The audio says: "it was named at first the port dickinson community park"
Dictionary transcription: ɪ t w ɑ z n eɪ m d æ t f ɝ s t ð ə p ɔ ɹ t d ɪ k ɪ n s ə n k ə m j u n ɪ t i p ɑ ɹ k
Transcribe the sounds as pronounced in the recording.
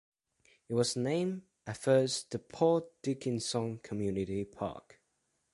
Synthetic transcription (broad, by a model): ɪ t w ɑ z n eɪ m æ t f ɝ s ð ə p ɔ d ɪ k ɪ n s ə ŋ k ə m j u n ɪ t i p ɑ k